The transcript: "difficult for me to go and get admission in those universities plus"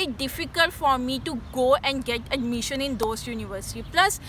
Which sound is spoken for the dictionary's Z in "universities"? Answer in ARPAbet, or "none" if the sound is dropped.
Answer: none